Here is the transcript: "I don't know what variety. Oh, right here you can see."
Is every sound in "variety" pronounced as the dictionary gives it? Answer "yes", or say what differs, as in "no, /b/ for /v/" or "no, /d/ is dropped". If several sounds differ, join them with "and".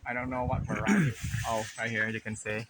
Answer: no, /f/ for /v/